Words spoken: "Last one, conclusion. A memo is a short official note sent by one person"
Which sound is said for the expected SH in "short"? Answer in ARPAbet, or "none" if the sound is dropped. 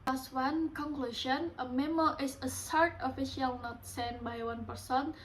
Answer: S